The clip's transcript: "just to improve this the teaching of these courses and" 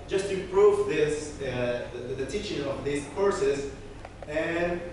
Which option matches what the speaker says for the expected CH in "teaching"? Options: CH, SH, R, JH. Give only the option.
CH